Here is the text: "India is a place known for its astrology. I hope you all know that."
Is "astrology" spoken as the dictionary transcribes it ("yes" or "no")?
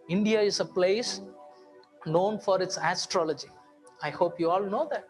yes